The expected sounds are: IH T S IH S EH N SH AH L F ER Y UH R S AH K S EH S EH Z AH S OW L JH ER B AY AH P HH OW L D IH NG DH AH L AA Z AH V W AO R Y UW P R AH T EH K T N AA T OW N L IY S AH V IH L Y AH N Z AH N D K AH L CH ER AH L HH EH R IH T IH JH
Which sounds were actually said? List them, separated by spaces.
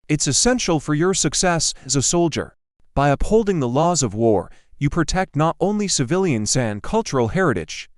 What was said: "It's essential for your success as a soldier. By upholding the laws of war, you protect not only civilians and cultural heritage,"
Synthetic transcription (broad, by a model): IH T S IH S EH N SH L F ER Y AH R S AH K S EH S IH Z AH S OW L JH ER B AY AH P HH OW L D IH NG DH AH L AA Z AH V W AO R Y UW P R AH T EH K T N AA T OW N L IY S AH V IH L Y AH N Z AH N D K AH L CH ER L HH EH R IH T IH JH